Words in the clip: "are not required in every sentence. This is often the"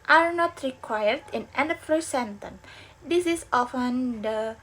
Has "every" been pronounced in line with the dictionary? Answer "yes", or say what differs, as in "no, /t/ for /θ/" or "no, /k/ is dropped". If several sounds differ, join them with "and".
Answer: no, /p/ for /v/